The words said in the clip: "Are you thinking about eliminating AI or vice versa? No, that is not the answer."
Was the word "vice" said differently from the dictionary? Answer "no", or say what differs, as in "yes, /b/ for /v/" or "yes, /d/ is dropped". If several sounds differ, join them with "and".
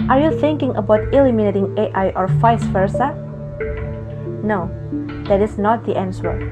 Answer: yes, /f/ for /v/